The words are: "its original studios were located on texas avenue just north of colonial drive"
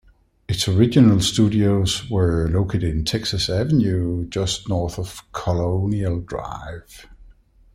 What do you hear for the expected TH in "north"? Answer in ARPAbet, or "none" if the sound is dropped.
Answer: TH